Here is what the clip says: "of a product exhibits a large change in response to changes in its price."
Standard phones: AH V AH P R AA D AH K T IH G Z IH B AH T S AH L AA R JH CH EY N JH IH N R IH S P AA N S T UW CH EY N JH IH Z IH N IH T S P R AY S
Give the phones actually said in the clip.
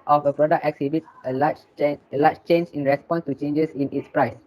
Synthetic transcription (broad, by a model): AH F AH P R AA D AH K T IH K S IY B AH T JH AH L AA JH CH EY N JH IH N R IH S P AA N S T UW CH EY N JH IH S IH N IH T S P R AY S